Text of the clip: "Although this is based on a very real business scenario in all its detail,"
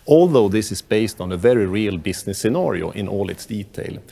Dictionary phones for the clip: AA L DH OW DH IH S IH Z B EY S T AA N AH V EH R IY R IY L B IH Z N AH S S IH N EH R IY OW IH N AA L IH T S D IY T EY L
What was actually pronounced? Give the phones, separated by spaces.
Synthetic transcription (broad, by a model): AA L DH OW DH IH S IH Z B EY S T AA N AH V EH R IY R IY L B IH S N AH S S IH N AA R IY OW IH N AA L IH T S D IY T EY L